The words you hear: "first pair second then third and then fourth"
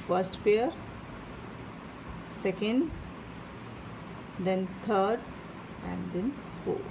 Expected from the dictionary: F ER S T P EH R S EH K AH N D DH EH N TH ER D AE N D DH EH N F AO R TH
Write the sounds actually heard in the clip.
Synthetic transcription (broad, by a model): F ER S T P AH R S EH K AH N D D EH N T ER D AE N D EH N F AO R